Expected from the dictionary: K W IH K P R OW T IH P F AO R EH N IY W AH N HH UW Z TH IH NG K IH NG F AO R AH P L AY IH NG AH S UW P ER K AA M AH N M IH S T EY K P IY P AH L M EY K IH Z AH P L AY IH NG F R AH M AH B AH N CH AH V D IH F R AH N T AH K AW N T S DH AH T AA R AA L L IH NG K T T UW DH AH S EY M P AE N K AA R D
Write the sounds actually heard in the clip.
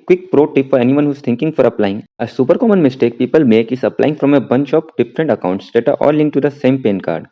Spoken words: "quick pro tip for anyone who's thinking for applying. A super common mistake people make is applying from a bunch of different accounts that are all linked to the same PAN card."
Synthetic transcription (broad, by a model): K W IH K P R OW T IH P F AO R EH N IY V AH N HH UW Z T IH NG K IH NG F AO R AH P L AY IH NG AH S UW P ER K AA M AH N M IH S T EY K P IY P AH L M EY K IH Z AH P L AY IH NG F R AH M AH B AH N CH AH P D IH F R AH N T AH K AW N T S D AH T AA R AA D L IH NG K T T UW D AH S EY M P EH N K AA R D